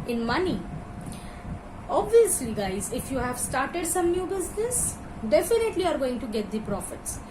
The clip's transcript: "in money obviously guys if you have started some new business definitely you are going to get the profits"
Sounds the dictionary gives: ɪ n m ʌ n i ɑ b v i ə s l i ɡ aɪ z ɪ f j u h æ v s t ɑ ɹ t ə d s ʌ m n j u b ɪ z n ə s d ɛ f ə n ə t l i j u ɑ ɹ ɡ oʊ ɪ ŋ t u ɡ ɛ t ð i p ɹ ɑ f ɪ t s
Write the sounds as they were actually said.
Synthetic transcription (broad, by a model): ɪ n m ʌ n i ɑ b v i ə s l i ɡ aɪ z ɪ f j u h æ v s t ɑ ɹ t ə d s ʌ m n j u b ɪ z n ə s d ɛ f ə n ə t l i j ɑ ɹ ɡ oʊ ɪ ŋ t u ɡ ɛ t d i p ɹ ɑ f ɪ t s